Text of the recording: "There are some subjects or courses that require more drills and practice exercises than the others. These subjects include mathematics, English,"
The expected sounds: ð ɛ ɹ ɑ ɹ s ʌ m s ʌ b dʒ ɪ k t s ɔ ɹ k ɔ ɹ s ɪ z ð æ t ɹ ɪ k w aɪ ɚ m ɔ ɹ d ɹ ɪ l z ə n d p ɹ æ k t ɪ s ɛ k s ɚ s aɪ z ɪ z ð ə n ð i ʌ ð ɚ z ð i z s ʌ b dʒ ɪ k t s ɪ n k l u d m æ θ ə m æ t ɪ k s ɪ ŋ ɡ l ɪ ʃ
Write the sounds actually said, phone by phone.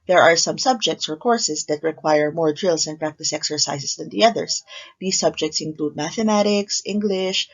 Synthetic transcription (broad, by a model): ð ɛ ɹ ɑ ɹ s ʌ m s ʌ b dʒ ɪ k t s ɔ ɹ k ɔ ɹ s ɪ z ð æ t ɹ ɪ k w aɪ ɚ m ɔ ɹ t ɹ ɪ l s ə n p ɹ æ k t ɪ s ɛ k s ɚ s aɪ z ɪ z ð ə n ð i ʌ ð ɚ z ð i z s ʌ b dʒ ɪ k t s ɪ n k l u d m æ θ ə m æ t ɪ k s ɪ ŋ ɡ l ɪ ʃ